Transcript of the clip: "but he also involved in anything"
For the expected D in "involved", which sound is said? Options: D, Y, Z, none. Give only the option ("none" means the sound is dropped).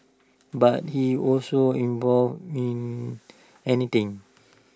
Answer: none